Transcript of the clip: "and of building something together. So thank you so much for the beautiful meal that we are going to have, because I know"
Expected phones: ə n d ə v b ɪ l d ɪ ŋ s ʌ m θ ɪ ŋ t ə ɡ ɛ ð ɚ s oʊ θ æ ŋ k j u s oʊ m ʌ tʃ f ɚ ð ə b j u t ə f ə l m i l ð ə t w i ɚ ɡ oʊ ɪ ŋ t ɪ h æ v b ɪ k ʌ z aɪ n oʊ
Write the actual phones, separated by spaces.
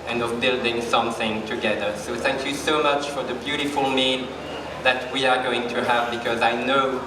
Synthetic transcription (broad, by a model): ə n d ə v b ɪ l d ɪ ŋ s ʌ m θ ɪ ŋ t ə ɡ ɛ ð ɚ s oʊ θ æ ŋ k j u s oʊ m ʌ tʃ f ɚ ð ə b j u t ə f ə l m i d ð ə t w i ɚ ɡ oʊ ɪ ŋ t ɪ h æ v b ɪ k ʌ z aɪ n oʊ